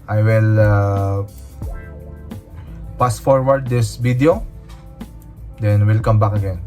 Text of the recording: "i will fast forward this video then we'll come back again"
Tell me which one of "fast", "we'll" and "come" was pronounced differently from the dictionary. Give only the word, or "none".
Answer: fast